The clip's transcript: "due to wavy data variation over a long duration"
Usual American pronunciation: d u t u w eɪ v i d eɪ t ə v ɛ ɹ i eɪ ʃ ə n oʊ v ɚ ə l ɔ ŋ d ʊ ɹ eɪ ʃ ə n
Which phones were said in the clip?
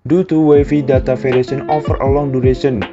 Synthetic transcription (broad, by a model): d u t u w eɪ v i d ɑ t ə f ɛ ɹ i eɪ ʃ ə n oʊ f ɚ ə l ɔ ŋ d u ɹ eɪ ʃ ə n